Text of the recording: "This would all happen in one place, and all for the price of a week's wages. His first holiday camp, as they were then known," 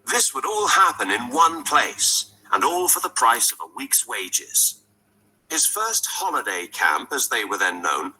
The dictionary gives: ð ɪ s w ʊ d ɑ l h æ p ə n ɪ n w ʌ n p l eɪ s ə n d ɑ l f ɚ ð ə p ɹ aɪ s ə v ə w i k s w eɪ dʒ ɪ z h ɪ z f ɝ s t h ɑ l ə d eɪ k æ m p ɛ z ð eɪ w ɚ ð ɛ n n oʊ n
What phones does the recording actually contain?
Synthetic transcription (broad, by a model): ð ɪ s w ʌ d ɑ l h æ p ə n ɪ n w ʌ n p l eɪ s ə n ɑ l f ɚ ð ə p ɹ aɪ s ə v ə w i k s w eɪ dʒ ɪ z h ɪ z f ɝ s t h ɑ l ə d eɪ k æ m p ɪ z ð eɪ w ɚ ð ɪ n n oʊ n